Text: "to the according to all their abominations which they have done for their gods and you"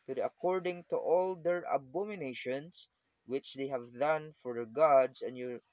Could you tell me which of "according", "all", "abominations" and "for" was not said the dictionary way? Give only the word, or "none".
abominations